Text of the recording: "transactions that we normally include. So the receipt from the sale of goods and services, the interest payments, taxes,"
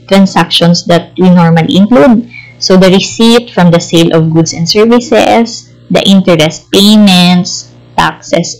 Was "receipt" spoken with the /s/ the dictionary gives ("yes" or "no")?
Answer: yes